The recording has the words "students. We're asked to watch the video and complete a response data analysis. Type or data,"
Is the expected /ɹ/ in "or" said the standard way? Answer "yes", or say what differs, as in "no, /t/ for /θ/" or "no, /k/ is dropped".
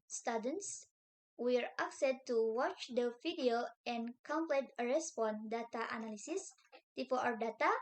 no, /w/ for /ɹ/